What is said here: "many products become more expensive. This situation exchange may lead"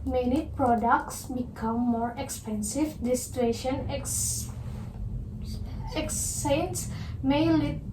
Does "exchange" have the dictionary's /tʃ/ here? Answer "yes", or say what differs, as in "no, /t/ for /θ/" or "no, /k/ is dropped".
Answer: no, /tʃ/ is dropped